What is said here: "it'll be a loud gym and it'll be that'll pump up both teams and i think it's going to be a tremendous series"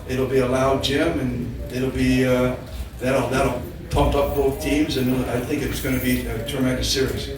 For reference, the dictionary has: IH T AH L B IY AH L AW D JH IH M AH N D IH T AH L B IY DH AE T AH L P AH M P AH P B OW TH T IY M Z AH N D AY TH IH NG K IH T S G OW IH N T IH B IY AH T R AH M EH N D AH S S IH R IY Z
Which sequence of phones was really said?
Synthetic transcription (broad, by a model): IH T L B IY AH L AW D JH IH M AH N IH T L B IY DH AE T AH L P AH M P AH P B OW TH T IY M Z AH N AY TH IH NG K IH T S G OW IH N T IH B IY AH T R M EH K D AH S S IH R IY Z